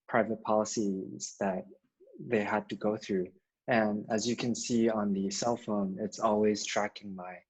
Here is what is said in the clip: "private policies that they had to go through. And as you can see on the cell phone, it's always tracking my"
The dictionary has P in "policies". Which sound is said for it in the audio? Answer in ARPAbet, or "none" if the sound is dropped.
P